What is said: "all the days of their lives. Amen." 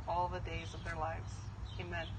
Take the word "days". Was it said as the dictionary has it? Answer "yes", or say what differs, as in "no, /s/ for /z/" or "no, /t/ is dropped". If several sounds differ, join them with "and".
yes